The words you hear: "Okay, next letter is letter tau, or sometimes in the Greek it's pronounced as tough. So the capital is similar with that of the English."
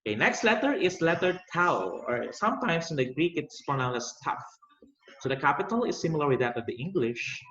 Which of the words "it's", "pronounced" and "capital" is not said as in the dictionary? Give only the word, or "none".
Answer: pronounced